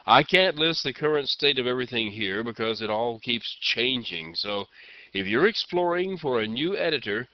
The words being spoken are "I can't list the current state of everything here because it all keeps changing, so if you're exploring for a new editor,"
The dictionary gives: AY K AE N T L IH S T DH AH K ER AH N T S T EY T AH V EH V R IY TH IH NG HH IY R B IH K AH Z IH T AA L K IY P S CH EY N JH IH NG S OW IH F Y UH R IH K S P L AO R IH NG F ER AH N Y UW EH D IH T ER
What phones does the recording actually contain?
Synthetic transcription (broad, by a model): AY K AE N T L IH S T DH AH K ER AH N T S T EY T AH V EH V R IY TH IH NG HH IY R B IH K AH Z IH T AA L K IY P S CH EY N JH IH NG S OW IH F Y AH R IH K S P L AO R IH NG F ER AH N Y UW EH D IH T ER